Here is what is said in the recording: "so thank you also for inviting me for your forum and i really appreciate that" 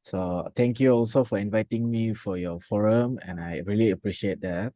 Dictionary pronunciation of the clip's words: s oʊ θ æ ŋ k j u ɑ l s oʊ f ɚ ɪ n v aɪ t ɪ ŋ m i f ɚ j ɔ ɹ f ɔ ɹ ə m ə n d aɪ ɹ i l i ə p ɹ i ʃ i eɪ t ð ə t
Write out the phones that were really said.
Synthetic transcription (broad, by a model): s oʊ t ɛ ŋ k j u ɑ l s oʊ f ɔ ɪ n v aɪ t ɪ ŋ m i f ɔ j ɔ f ɔ ɹ ə m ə n aɪ ɹ i l i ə p ɹ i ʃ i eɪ t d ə t